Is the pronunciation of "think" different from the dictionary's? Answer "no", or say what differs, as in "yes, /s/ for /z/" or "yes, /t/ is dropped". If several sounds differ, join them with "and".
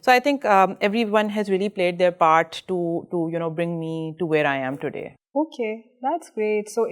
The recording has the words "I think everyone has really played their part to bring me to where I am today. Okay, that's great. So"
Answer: yes, /t/ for /θ/